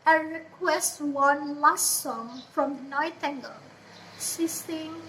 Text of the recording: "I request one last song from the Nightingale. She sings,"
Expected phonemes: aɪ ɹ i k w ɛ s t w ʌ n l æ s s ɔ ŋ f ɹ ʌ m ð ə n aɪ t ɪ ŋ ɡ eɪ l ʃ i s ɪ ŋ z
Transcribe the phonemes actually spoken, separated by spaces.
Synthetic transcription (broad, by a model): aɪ ɹ i k w ɛ s t w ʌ n l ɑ s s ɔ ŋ f ɹ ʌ m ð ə n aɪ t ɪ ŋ ɡ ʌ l s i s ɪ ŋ